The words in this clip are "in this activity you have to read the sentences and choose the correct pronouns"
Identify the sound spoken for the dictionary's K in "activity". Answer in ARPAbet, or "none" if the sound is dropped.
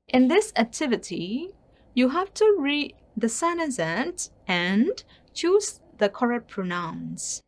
K